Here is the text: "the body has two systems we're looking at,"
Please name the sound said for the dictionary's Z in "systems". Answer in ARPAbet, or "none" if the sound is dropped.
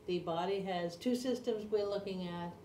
Z